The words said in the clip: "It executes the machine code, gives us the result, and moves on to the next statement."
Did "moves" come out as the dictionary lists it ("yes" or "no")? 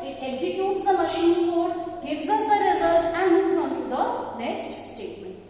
no